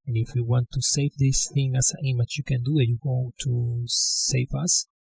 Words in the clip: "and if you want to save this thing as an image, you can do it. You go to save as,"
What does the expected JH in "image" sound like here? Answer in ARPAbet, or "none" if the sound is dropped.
CH